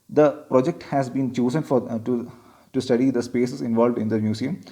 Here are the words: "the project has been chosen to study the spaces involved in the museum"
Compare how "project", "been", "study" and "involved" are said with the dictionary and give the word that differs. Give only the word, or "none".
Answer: none